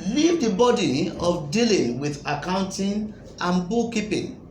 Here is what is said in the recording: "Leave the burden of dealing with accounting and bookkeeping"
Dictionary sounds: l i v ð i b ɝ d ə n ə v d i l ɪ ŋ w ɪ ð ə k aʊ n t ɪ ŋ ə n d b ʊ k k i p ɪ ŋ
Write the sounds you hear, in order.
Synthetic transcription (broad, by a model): l i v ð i b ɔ d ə ə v d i l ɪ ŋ w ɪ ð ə k aʊ n t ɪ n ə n b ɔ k k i p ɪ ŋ